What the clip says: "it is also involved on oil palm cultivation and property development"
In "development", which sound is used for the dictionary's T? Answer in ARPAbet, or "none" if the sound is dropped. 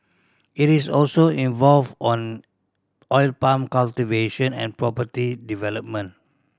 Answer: none